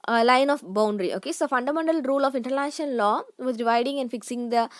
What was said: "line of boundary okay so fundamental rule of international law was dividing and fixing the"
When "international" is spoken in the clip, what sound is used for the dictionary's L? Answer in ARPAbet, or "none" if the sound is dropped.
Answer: N